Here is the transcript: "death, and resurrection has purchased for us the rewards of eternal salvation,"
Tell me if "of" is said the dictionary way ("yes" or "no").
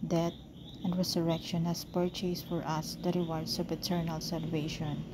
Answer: no